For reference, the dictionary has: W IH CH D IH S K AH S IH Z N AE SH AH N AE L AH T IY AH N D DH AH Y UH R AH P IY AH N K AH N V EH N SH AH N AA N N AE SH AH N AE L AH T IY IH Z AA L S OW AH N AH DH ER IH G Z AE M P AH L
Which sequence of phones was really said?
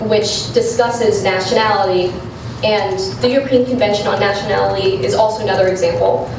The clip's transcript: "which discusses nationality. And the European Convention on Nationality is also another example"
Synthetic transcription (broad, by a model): W IH CH D IH S K AH S IH Z N AE SH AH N AE L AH T IY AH N DH AH Y UH R AH P IY AH N K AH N V EH N SH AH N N N AE SH AH N AE L AH T IY IH Z AA L S OW AH N AH DH ER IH G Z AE M P L